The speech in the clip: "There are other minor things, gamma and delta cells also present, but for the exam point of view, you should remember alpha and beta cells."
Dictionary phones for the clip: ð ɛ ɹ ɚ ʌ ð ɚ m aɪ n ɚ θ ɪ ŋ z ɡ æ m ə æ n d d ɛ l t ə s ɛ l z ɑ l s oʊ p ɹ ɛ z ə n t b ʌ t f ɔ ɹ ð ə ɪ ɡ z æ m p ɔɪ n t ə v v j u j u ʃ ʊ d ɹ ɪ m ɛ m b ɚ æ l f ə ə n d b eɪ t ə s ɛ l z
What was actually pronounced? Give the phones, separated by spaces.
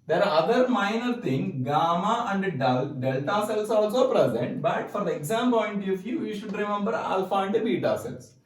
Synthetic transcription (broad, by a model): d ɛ ɹ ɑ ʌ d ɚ m aɪ n ɚ t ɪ ŋ ɡ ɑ m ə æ n d d ɛ l t ə s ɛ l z ɑ l s oʊ p ɹ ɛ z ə n t b ʌ t f ɔ ɹ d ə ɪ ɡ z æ m p ɔɪ n t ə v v j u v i ʃ ʊ d ɹ ɪ m ɛ m b ɚ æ l f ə ə n d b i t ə s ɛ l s